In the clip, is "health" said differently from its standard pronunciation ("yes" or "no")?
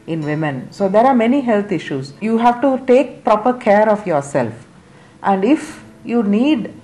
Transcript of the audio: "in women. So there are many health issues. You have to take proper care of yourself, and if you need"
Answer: yes